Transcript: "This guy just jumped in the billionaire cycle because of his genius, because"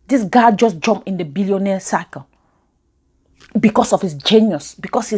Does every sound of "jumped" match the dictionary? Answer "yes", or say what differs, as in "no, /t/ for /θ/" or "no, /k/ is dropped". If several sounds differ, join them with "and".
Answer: no, /t/ is dropped